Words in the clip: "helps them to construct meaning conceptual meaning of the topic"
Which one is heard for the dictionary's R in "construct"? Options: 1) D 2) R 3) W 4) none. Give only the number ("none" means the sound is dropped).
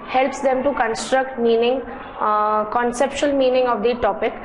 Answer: 2